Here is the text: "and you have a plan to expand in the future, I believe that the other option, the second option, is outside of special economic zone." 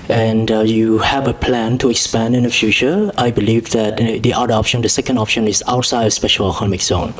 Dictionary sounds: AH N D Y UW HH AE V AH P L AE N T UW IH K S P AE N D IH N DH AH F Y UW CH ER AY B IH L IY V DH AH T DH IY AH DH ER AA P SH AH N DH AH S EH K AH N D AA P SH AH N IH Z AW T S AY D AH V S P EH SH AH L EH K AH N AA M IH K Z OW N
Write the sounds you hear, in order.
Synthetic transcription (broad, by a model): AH N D Y UW HH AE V AH P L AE N T UW IH K S P AE N D IH N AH F Y UW CH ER AY B IH L IY V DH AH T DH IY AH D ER AA P SH AH N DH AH S EH K AH N D AA P SH AH N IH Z AW T S AY D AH S P EH SH AH L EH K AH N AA M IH K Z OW N